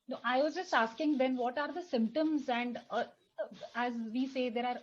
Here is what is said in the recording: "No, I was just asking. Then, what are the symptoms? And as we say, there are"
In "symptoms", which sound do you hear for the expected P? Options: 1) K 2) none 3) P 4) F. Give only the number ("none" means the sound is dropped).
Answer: 3